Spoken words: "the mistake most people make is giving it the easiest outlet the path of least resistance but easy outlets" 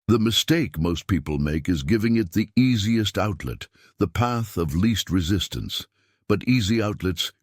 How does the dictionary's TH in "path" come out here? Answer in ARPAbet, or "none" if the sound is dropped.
TH